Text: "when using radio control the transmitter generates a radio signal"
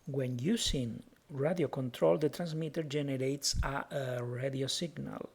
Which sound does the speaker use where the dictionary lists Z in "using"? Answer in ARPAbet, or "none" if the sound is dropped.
S